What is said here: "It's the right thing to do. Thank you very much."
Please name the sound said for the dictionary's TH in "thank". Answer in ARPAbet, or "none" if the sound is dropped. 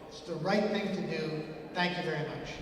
TH